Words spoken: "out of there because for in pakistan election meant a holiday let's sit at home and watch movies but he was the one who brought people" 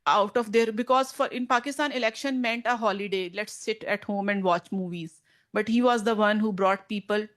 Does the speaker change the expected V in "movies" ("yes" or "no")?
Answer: no